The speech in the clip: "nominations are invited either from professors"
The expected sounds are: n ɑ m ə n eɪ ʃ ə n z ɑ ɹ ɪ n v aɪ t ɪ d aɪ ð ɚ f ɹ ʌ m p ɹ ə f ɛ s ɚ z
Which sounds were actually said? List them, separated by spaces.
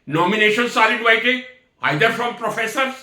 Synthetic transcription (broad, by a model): n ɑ m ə n eɪ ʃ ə n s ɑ l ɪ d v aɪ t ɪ aɪ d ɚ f ɹ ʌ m p ɹ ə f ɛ s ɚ